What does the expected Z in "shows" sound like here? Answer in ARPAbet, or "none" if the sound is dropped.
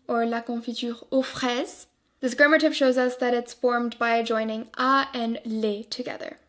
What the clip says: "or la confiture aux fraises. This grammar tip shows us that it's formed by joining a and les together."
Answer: Z